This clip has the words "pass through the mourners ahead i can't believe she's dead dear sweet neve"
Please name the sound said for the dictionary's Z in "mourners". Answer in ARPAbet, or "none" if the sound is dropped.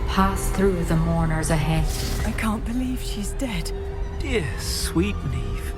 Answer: Z